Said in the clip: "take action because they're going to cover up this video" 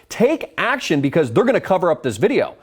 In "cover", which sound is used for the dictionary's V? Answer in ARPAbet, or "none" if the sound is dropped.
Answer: V